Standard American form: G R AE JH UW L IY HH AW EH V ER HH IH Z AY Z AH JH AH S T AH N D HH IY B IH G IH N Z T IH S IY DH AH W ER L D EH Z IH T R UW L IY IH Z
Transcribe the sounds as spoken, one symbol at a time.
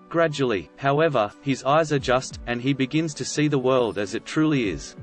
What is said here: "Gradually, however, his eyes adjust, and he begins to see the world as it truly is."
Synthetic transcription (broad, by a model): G R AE JH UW L IY HH AW EH V ER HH IH Z AY Z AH JH AH S T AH N IY B IH G IH N Z T IH S IY DH AH W ER L D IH Z IH T R UW L IY IH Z